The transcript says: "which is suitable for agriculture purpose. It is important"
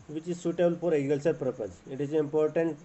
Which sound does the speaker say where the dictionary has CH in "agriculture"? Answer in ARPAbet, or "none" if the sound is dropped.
S